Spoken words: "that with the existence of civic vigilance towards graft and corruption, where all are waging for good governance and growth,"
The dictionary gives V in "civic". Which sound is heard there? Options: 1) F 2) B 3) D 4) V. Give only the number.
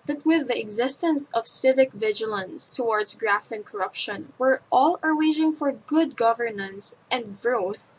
4